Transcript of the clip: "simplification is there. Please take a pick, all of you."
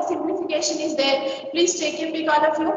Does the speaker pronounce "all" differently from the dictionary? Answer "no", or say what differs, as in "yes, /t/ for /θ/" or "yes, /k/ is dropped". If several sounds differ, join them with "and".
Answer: yes, /n/ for /l/